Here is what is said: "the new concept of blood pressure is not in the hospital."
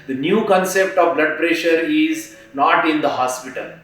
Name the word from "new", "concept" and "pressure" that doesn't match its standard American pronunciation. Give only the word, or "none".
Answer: none